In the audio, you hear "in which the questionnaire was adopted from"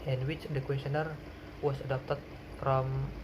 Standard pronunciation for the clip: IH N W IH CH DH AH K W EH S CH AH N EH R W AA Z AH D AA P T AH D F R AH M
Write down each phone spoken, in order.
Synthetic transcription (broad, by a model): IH N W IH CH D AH K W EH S AH N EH R W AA S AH D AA P T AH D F R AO M